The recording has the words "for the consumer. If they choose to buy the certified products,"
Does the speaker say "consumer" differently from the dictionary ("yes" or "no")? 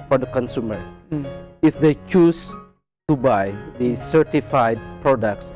no